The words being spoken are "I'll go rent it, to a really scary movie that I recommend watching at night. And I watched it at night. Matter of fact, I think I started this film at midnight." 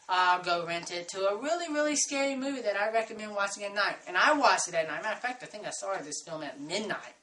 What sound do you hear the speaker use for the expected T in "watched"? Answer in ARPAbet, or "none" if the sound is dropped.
none